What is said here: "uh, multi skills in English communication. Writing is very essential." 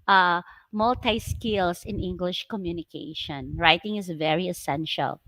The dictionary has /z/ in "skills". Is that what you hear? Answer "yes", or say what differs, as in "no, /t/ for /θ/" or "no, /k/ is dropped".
no, /s/ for /z/